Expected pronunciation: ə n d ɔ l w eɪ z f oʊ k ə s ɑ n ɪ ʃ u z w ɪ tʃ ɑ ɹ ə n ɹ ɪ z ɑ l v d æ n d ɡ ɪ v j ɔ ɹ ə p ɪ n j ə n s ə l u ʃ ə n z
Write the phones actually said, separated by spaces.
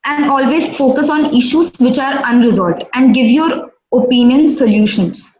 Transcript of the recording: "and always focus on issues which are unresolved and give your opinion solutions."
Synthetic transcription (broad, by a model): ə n d ɔ l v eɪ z f oʊ k ə s ɑ n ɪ ʃ u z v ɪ tʃ ɑ ɹ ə n ɹ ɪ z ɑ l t æ n d ɡ ɪ v j ɔ ɹ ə p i n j ə n s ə l u ʃ ə n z